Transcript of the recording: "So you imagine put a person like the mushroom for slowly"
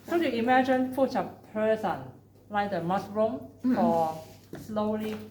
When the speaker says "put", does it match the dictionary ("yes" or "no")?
no